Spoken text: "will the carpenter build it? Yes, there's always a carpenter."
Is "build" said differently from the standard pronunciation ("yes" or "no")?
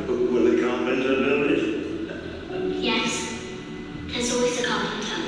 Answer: yes